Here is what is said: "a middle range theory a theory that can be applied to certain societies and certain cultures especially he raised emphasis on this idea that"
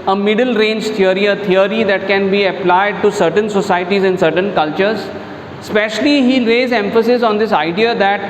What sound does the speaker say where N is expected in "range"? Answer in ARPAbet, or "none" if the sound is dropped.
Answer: N